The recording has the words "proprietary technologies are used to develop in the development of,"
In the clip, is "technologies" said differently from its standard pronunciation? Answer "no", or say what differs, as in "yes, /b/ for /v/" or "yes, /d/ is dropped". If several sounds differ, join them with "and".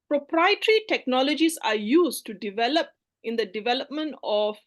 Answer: yes, /s/ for /z/